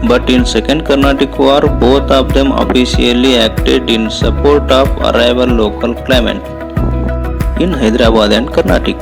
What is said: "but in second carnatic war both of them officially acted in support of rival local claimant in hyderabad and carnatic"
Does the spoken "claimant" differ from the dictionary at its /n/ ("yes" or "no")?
yes